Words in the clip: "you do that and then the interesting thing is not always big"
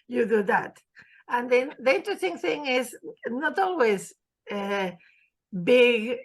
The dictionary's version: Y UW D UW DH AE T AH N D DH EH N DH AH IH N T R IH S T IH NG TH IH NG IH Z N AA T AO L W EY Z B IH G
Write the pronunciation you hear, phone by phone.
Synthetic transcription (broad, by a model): Y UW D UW DH AE T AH N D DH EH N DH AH IH N T R IH S T IH NG TH IH NG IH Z N AA T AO L W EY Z B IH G